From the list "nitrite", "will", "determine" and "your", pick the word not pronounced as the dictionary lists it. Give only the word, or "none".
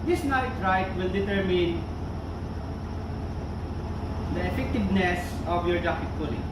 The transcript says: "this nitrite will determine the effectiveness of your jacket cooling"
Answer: none